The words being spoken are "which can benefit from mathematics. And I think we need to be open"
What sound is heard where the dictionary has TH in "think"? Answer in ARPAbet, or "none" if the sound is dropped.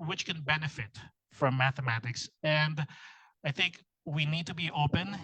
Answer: TH